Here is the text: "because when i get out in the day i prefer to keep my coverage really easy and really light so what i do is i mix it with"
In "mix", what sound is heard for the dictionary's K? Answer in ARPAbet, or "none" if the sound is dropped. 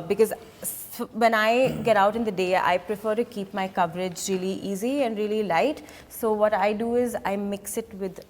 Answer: K